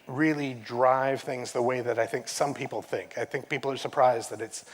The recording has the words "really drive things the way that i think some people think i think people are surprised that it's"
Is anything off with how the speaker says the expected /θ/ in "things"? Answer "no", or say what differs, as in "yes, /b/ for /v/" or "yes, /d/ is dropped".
no